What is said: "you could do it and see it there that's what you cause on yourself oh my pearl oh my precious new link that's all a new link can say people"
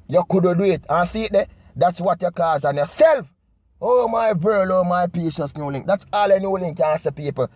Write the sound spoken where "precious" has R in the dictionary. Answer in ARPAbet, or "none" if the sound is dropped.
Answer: none